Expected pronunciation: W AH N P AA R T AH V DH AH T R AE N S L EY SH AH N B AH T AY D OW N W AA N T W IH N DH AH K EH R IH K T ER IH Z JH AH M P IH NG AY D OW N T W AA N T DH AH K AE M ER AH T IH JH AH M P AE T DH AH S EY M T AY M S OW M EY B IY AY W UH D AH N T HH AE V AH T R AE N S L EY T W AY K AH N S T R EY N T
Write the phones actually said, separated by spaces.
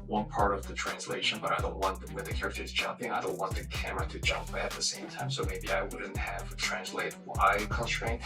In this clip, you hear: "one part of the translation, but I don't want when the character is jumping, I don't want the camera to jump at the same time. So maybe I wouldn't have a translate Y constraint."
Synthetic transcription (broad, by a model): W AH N P AA R T AH V DH AH T R AE N S L EY SH AH N B AH T AY D OW N W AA N W IH N DH AH K EH R IH K T ER IH Z JH AH M P IH NG AY D OW N T W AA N DH AH K AE M ER AH T IH JH AH M P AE T DH AH S EY M T AY M S OW M EY B IY AY W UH D N T HH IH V T R AE N S L EY T W AY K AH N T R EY